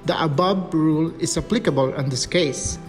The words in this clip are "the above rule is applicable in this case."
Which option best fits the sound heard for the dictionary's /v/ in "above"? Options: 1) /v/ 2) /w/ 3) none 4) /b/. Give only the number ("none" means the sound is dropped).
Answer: 4